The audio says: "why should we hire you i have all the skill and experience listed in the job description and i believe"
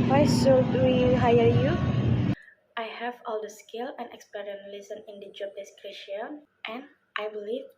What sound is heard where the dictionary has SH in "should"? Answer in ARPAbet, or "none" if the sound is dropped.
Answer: S